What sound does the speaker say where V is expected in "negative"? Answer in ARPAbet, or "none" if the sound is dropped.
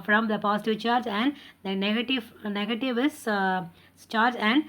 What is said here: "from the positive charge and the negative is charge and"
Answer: V